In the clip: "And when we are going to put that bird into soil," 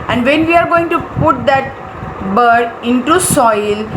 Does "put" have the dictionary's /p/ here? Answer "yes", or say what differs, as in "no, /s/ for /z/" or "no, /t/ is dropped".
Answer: yes